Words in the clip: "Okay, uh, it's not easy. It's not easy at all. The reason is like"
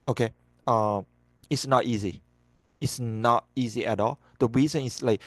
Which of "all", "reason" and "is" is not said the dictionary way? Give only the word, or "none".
is